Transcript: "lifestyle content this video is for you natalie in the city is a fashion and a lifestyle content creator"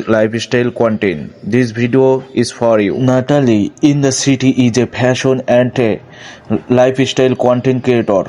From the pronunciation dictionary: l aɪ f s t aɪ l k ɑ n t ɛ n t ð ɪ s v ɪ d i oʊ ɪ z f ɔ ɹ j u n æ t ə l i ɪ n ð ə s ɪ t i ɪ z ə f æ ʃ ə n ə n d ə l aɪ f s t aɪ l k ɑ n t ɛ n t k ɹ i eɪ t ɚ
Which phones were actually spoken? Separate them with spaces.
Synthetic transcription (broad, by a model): l aɪ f s t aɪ l k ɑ n t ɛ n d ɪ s b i d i oʊ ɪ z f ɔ ɹ j u n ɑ t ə l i ɪ n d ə s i t i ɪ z ə p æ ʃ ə n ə n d ə l aɪ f s t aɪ l k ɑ n t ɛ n k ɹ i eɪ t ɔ